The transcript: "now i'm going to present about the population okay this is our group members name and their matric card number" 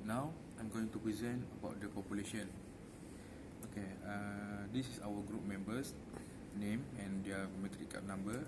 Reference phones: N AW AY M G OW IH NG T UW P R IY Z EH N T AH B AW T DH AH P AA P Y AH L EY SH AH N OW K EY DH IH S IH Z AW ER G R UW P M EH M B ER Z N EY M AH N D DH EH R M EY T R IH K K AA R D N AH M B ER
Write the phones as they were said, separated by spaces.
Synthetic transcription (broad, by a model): N AW AY M G OW IH NG T UW P R IY Z EH N T AH B AW T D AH P AA P Y AH L EY SH AH N OW K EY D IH S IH S AW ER G R UW P M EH M B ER S N EY M AH N D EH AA M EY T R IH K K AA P N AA M B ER